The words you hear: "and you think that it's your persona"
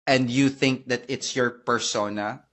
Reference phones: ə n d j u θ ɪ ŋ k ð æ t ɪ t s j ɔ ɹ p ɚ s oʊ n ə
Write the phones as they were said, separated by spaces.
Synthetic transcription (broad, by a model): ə n d j u θ ɪ ŋ k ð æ t ɪ t s j ɔ ɹ p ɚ s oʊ n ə